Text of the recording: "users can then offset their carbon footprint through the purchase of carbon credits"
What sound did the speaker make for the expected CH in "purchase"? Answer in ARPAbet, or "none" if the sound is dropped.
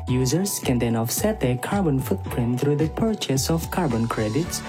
CH